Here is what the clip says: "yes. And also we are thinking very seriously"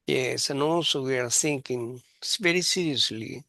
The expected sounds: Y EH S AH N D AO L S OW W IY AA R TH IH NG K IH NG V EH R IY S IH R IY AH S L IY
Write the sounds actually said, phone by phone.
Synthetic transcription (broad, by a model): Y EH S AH N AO S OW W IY AA R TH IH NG K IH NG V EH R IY S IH R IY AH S L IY